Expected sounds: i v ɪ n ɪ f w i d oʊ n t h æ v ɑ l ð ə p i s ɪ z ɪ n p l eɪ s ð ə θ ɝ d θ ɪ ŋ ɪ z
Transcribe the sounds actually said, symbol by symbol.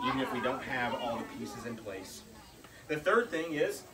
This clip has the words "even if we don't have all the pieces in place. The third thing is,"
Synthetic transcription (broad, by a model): i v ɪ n ɪ f w i d oʊ n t h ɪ v ɑ l ð ə p i s ɪ z ɪ n p l eɪ s ð ə θ ɝ d θ ɪ ŋ ɪ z